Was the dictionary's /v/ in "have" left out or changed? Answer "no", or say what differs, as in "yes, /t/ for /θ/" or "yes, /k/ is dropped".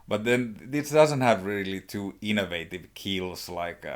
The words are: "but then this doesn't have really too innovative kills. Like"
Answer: no